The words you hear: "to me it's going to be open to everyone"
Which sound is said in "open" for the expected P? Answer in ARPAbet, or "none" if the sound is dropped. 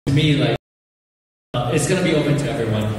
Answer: P